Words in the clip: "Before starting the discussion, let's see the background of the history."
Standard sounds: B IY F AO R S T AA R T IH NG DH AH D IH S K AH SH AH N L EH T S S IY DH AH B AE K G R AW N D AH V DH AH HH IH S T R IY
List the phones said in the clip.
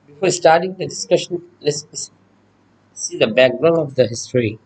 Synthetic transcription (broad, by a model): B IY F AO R S T AA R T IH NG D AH D IH S K AH SH AH N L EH S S S IY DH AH B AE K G R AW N AH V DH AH HH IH S T R IY